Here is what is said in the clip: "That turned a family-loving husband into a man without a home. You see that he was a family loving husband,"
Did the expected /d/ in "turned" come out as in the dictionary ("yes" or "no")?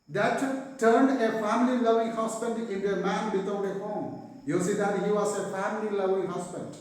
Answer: yes